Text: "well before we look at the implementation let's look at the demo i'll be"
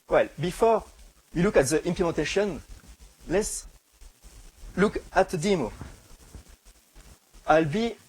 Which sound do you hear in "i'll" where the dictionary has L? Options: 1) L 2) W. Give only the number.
1